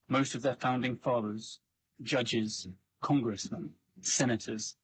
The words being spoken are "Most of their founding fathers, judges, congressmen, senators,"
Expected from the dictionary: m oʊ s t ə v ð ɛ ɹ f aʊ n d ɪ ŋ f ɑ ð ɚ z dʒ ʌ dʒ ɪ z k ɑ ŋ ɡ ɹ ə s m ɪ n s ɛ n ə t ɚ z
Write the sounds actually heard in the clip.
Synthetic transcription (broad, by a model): m oʊ s t ə v ð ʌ f aʊ n d ɪ ŋ f ɑ ð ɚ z dʒ ʌ dʒ ɪ z k ɑ ŋ ɡ ɹ ə s m ɪ n s ɛ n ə t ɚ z